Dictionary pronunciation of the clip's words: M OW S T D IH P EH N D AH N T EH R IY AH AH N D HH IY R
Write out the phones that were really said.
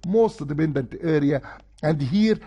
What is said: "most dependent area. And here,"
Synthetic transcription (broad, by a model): M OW S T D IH B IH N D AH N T EH R IY AH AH N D HH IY R